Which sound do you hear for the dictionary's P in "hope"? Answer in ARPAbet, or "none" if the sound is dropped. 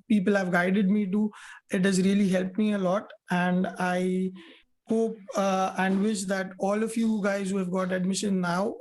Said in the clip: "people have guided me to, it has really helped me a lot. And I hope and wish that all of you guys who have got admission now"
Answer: P